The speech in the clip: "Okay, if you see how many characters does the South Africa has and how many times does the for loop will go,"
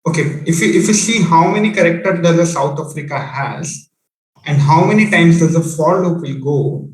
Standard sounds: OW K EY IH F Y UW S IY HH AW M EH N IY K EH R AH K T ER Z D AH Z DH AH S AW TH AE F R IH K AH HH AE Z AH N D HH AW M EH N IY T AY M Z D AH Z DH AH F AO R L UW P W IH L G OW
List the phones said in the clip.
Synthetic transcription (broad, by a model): OW K EY IH F Y UW S IY HH AW M EH N IY K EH R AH K T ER D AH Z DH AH S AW T AE F R IH K AH HH AE Z AH N D HH AW M EH N IY T AY M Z D AH Z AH F AO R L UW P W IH L G OW